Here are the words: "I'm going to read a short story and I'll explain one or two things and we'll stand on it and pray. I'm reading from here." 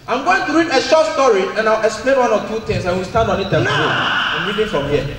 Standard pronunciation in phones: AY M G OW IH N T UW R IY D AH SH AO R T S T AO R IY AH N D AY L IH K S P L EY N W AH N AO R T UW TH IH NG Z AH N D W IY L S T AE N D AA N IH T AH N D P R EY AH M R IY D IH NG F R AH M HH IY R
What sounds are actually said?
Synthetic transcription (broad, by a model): AY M G OW IH N T UW R IY D AH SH AO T S T AO R IY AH N AY W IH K S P L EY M W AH N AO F T UW T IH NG S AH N W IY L S T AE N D AA N IH T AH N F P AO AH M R IY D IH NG F R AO M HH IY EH